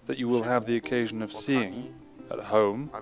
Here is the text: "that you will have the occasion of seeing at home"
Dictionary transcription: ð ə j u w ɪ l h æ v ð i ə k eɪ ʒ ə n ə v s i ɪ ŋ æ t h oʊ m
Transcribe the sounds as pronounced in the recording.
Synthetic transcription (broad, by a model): ð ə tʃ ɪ w ɪ l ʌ v ð i ə k eɪ ʒ ə n ə v s i ɪ ŋ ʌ t h oʊ m